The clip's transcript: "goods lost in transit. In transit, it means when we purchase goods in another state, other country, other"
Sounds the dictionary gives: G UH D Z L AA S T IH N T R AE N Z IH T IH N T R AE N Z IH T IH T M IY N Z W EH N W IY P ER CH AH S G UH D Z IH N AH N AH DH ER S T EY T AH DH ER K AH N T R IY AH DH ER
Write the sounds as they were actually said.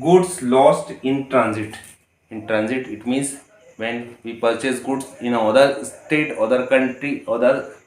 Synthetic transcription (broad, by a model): G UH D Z L AA S T IH N T R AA N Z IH T IH N T R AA N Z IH T IH T M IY N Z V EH N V IY P ER CH AH S G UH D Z IH N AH AH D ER S T EY T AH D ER K AH N T R IY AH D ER